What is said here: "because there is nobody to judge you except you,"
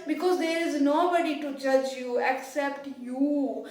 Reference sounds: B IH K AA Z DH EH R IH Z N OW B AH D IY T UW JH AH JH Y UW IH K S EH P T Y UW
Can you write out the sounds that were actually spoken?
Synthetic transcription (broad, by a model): B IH K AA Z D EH R IH Z N OW B AH D IY T UW JH AH JH Y UW IH K S EH P T Y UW